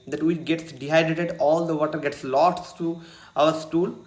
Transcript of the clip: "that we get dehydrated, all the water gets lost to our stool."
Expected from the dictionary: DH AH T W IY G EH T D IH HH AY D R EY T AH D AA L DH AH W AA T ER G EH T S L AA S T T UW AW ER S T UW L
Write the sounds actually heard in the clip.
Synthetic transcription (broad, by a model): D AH T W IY G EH T D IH HH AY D EY T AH D AA L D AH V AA T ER G EH T S L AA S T T UW AW ER S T UW L